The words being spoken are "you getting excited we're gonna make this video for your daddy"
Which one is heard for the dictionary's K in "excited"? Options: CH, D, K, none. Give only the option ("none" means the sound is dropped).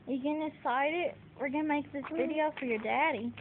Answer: none